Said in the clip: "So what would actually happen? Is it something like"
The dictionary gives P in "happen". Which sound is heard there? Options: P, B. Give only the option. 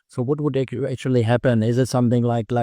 P